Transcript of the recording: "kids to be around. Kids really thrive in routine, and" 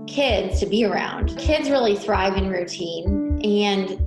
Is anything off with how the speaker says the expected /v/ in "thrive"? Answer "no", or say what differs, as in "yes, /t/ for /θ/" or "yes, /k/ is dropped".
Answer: no